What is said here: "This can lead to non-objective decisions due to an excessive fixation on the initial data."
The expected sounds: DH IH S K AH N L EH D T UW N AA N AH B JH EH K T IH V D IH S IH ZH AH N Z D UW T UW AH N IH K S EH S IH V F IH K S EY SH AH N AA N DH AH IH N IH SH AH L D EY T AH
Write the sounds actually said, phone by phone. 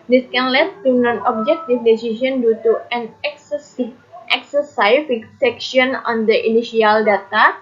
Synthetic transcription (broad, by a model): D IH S K AH N L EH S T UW N AA N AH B JH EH K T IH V D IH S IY S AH N D UW T UW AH N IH K S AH S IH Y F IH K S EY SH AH N AA N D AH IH N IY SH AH L D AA T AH